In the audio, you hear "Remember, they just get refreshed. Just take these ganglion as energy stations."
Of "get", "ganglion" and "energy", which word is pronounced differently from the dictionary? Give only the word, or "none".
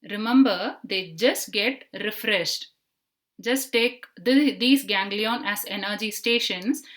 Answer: none